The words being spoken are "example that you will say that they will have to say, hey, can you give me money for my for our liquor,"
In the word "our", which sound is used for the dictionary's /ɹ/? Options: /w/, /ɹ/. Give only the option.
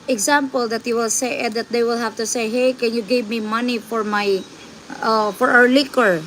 /w/